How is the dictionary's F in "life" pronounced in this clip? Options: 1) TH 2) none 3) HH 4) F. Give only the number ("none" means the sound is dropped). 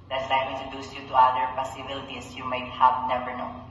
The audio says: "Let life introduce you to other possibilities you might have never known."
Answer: 2